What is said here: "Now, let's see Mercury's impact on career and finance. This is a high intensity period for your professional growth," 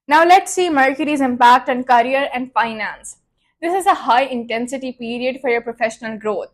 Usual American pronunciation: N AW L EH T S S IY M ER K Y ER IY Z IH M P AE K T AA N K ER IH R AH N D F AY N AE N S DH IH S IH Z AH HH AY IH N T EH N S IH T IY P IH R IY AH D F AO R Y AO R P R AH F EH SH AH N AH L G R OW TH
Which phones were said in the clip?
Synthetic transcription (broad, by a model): N AW L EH T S S IY M ER K Y ER IY Z IH M P AE K T AA N K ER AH R AH N D F AY N AE N S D IH S IH Z AH HH AY IH N T EH N S IH T IY P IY R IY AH D F AO R Y AO R P R AH F EH SH AH N AH L G R OW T